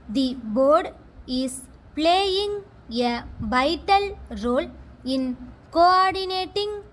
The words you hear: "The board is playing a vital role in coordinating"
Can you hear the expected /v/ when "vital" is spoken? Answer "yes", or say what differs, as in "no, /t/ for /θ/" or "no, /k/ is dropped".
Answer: no, /b/ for /v/